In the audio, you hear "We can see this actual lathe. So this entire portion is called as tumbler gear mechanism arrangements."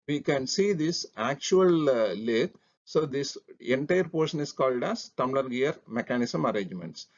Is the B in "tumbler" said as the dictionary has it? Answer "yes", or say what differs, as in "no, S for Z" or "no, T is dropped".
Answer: no, B is dropped